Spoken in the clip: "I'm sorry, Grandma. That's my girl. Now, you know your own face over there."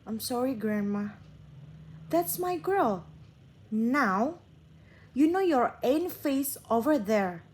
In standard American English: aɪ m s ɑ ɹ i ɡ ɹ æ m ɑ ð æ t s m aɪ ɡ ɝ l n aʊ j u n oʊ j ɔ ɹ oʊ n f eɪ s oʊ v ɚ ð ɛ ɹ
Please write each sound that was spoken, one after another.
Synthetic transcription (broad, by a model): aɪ m s ɑ ɹ i ɡ ɹ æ m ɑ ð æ t s m aɪ ɡ ɝ l n aʊ j u n oʊ j ɔ ɹ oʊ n f eɪ s oʊ v ɚ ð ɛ ɹ